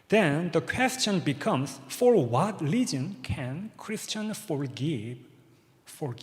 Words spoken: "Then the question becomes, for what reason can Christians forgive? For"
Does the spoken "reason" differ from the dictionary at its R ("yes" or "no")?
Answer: yes